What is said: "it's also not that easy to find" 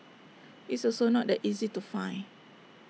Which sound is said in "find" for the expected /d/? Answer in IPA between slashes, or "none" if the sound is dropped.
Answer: none